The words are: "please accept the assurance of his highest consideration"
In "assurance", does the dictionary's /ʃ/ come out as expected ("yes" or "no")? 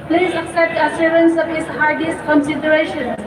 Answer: no